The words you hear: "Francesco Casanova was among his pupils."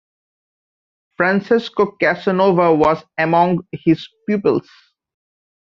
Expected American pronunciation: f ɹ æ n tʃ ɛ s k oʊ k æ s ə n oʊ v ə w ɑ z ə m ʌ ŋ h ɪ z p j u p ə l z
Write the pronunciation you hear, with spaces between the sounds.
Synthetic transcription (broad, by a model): f ɹ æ n s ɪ s k oʊ k æ s ə n oʊ v ə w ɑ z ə m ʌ ŋ h ɪ z p j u p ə l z